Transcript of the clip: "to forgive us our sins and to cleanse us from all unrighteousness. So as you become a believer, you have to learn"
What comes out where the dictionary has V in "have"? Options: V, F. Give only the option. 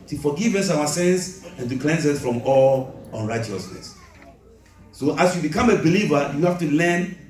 F